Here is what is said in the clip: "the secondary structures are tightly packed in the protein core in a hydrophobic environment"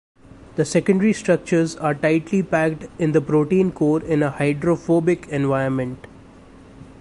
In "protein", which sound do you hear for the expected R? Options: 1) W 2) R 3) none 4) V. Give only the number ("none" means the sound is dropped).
2